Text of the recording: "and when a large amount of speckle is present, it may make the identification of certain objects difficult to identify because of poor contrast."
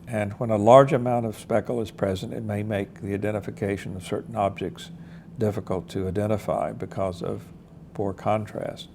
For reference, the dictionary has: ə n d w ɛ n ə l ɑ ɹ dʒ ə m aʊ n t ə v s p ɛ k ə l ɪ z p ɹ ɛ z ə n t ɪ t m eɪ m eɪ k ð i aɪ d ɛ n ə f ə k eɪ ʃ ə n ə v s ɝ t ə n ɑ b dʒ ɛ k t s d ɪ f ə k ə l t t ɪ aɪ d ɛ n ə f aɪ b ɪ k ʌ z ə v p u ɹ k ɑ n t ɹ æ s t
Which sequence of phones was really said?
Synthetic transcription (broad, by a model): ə n w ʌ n ə l ɑ ɹ dʒ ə m aʊ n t ə v s p ɛ k l ɪ z p ɹ ɛ z ə n t ɪ t m eɪ m eɪ k ð i aɪ d ɛ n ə f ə k eɪ ʃ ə n ə v s ɝ t n ɑ b dʒ ɛ k t s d ɪ f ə k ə l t t ɪ aɪ d ɛ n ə f aɪ b ɪ k ʌ z ə v p u ɹ k ɑ n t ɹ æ s t